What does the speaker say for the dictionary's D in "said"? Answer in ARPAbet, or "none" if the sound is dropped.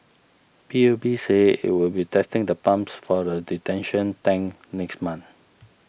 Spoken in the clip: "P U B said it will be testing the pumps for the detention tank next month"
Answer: none